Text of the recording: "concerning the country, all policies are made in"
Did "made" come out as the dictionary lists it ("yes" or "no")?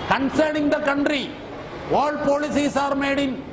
yes